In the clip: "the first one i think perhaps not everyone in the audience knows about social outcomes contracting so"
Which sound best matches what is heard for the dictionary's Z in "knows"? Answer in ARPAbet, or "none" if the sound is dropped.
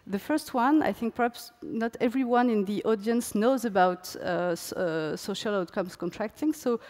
Z